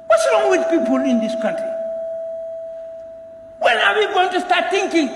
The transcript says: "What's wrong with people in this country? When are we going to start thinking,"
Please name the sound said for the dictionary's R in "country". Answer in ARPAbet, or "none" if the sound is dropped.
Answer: R